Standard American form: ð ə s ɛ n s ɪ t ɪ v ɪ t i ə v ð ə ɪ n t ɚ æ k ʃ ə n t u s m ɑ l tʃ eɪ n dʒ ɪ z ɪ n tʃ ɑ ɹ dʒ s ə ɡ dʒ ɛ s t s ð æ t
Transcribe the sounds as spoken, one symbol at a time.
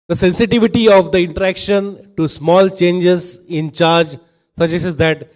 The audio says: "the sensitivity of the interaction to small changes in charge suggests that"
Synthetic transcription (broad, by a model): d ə s ɛ n s ɪ t ɪ v ɪ t i ə v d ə ɪ n t ɚ æ k ʃ ə n t u s m ɑ l tʃ eɪ n dʒ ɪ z ɪ n tʃ ɑ ɹ dʒ s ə dʒ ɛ s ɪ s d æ t